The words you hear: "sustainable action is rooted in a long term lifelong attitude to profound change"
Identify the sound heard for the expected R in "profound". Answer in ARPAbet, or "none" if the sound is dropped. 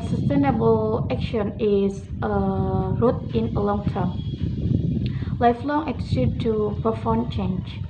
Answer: none